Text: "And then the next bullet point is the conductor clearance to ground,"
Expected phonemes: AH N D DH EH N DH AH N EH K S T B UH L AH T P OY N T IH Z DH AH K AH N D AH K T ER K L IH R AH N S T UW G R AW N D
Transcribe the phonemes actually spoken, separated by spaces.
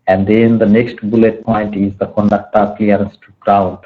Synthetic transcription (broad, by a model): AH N D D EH N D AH N EH K S T B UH L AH T P OY N T IH Z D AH K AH N D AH K T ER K L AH R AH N S T UW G R AW N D